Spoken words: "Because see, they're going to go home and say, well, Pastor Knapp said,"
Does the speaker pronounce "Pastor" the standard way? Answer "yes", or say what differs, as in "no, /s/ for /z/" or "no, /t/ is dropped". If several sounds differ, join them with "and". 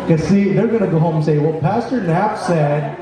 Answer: yes